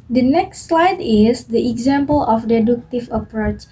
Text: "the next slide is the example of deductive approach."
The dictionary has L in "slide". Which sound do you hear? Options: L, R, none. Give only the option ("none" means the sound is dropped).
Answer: L